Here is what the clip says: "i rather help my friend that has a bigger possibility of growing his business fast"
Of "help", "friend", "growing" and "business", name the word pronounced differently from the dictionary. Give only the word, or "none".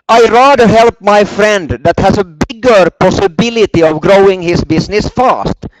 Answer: business